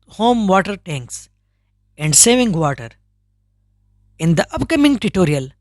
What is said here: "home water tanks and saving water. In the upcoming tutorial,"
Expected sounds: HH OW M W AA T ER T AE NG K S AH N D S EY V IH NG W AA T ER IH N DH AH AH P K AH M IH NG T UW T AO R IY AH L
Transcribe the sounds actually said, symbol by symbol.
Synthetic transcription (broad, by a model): HH OW M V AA T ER T AE NG K S AH N D S EY V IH NG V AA T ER IH N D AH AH P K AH M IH NG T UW T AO R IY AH L